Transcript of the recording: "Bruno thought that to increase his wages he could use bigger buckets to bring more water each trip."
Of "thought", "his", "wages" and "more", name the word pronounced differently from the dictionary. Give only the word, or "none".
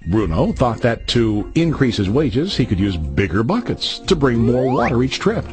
none